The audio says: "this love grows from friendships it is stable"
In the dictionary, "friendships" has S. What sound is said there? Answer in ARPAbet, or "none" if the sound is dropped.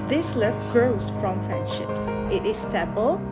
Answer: S